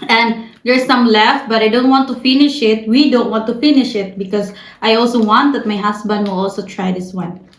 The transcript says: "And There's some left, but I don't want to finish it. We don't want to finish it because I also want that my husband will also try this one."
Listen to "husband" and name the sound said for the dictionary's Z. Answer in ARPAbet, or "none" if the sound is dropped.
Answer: S